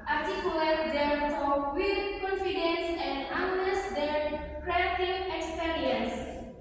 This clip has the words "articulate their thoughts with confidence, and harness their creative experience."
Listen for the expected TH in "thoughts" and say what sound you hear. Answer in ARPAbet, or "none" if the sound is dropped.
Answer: F